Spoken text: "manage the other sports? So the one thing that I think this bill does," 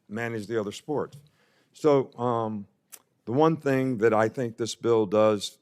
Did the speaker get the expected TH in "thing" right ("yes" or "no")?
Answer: yes